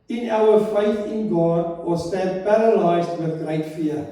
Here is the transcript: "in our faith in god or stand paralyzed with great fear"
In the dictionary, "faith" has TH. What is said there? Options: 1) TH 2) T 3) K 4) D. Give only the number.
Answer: 1